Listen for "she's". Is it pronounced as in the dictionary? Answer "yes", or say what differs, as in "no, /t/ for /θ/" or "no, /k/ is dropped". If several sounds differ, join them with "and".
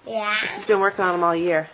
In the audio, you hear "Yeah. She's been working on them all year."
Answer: no, /s/ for /ʃ/